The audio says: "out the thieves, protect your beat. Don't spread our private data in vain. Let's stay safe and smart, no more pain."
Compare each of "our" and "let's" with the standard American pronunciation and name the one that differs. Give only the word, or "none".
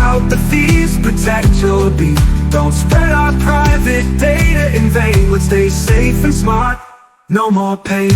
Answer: let's